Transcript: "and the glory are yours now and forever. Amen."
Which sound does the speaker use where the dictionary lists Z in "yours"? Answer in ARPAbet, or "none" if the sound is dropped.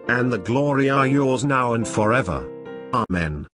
Z